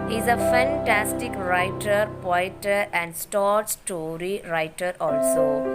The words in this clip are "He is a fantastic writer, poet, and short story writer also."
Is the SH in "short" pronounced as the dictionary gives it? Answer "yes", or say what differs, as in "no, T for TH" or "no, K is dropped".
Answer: no, S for SH